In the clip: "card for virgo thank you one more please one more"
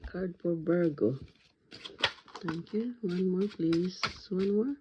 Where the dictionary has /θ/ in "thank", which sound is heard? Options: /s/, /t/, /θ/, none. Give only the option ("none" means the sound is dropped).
/t/